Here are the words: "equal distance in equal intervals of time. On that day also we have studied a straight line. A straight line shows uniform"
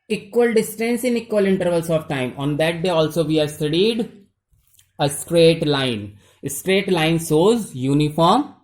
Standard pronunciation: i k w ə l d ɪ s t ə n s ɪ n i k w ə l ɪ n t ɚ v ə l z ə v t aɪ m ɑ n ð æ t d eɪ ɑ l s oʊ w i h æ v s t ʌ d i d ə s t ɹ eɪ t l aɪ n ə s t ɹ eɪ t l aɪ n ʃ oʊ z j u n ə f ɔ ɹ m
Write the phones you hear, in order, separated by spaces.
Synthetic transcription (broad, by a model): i k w ə l d ɪ s t ə n s ɪ n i k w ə l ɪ n t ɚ v ə l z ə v t aɪ m ɑ n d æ t d eɪ ɑ l s oʊ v i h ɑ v s t ʌ d i d ə s t ɹ eɪ t l aɪ n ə s t ɹ eɪ t l aɪ n s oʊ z j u n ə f ɔ ɹ m